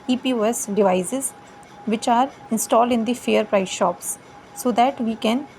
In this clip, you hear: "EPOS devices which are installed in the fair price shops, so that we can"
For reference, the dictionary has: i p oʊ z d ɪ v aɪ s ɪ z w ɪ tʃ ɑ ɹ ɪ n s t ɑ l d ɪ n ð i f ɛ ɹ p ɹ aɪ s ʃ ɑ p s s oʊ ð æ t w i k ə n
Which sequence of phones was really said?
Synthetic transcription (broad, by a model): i p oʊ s d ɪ v aɪ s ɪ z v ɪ tʃ ɑ ɹ ɪ n s t ɑ l d ɪ n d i f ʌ ɹ p ɹ aɪ s ʃ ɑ p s s oʊ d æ t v i k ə n